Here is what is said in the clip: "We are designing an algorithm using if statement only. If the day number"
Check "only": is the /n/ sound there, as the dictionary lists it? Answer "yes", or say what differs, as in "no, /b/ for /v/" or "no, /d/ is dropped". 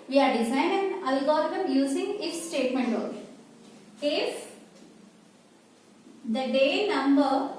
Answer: no, /n/ is dropped